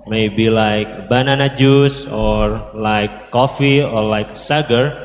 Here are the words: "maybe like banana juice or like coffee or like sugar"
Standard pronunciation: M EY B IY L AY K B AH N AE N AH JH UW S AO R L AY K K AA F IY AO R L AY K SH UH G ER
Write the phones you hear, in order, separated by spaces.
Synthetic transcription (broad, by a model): M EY B IY L AY K B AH N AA N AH JH UW S AO R L AY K K AA F IY AO R L AY K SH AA G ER